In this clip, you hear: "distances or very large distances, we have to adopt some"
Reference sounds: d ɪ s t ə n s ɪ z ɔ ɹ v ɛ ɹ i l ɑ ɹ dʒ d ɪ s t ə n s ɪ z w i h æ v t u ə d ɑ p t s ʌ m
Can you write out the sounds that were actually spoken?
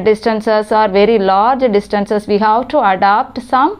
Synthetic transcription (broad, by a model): d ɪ s t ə n s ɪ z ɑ ɹ v ɛ ɹ i l ɑ ɹ dʒ d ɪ s t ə n s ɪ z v i h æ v t u ə d ɑ p t s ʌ m